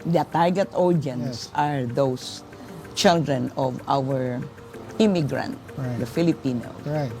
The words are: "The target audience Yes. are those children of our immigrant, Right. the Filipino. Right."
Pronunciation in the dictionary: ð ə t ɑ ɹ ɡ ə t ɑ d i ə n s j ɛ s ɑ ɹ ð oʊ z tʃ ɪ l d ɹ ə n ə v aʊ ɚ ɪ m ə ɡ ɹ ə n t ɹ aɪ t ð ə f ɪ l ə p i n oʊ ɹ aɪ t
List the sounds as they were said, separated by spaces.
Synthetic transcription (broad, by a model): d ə t ɑ ɹ ɡ ə t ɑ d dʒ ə n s s ɑ ɹ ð oʊ s tʃ ɪ l d ɹ ə n ə v aʊ ɚ ɪ m ə ɡ ɹ ə n t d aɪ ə f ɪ l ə p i n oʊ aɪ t